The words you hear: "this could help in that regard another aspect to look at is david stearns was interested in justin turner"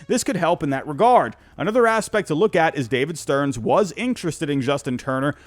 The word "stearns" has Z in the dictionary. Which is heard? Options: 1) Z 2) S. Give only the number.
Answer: 1